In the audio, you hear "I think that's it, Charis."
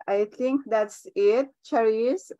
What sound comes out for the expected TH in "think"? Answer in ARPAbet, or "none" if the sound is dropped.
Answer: T